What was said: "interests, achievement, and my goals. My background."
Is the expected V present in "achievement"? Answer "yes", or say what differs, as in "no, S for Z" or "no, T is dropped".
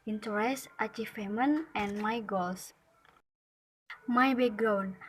no, F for V